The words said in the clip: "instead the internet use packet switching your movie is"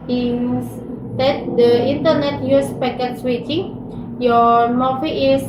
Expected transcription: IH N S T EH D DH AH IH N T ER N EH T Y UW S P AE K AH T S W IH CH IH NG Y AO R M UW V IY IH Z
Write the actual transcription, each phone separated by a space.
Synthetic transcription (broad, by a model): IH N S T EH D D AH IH N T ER N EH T Y UW S P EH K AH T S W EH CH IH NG Y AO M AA F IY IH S